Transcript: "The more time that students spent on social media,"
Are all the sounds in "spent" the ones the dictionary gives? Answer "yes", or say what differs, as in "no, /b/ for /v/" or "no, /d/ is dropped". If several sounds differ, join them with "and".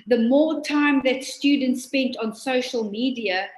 yes